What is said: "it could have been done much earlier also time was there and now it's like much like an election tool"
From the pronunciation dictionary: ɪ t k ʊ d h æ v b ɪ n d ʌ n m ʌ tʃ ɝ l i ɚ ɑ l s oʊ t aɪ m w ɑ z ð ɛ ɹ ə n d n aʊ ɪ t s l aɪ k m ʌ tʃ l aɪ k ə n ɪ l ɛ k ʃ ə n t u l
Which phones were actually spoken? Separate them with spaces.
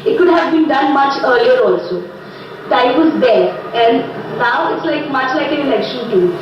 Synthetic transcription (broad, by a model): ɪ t k ʊ d h æ v b ɪ n d ʌ n m ʌ tʃ ɝ l i ɚ ɑ l s oʊ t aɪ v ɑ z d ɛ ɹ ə n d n aʊ ɪ t s l aɪ k m ʌ tʃ l aɪ k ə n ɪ n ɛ k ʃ ə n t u